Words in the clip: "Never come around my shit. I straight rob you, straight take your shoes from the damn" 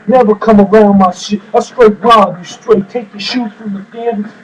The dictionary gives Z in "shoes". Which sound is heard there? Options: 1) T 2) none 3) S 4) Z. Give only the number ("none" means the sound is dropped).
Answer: 2